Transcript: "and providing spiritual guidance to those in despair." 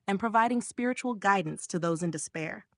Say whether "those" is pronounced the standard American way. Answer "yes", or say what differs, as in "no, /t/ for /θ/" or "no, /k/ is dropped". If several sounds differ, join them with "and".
yes